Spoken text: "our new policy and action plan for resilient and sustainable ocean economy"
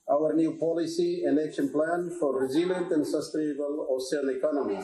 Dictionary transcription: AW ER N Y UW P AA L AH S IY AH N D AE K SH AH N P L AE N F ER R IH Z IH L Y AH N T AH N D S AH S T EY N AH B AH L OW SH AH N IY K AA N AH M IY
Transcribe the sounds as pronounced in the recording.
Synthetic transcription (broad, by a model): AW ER N Y UW P AA L AH S IY AH N D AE K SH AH N P L AE N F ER R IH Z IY L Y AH N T AH N D S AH S T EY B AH L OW S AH L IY K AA N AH M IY